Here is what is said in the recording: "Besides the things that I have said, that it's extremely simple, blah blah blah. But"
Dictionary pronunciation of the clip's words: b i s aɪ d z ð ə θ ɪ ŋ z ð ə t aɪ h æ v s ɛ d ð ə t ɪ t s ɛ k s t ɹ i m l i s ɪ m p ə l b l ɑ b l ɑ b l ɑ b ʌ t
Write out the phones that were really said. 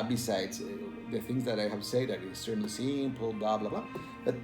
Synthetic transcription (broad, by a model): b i s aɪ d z ð ə θ ɪ ŋ z ð ə t aɪ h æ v s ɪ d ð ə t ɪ s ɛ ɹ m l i s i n p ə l b l ɑ b l ɑ b l ɑ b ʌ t